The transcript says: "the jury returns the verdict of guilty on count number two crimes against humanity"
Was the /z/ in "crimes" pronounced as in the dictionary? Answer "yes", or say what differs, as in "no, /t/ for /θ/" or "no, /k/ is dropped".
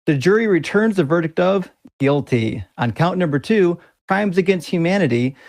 yes